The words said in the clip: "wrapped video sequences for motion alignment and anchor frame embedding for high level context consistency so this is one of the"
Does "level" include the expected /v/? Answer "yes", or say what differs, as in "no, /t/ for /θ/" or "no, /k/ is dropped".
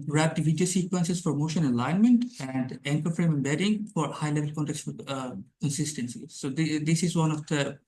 yes